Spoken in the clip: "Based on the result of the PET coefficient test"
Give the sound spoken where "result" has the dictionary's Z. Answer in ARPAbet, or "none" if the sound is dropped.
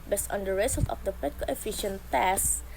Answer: S